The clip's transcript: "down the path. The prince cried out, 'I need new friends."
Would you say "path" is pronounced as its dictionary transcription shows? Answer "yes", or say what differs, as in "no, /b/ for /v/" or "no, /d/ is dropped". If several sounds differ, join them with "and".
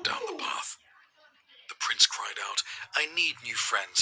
yes